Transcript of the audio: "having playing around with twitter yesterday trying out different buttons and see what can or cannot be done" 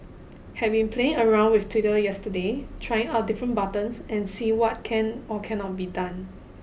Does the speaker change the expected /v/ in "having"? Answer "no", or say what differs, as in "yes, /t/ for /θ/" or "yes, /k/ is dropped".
yes, /b/ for /v/